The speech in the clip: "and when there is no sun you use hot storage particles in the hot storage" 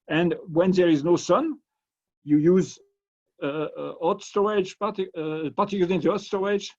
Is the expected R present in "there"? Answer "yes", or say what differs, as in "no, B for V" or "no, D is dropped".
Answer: yes